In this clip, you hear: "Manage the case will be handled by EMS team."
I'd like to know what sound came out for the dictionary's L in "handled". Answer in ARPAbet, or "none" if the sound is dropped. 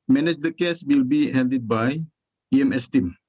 none